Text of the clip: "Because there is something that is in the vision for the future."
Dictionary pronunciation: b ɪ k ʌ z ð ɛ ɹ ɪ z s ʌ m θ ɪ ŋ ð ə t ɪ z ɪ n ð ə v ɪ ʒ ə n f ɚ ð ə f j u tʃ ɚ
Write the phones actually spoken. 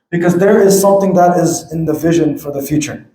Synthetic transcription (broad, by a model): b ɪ k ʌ z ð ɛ ɹ ɪ z s ʌ m θ ɪ ŋ ð ə t ɪ z ɪ n ð ə v ɪ ʒ ə n f ɚ ð ə f j u tʃ ɚ